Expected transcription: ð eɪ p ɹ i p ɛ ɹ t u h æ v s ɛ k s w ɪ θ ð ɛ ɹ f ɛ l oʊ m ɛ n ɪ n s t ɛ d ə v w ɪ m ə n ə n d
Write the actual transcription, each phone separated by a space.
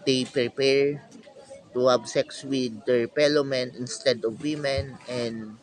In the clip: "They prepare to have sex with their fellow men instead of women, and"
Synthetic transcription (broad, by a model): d eɪ p ɹ i p ɛ ɹ t u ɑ b s ɛ k s w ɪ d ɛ ɹ p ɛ l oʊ m ɛ n ɪ n s t ɛ d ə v w ɪ m ə n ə n d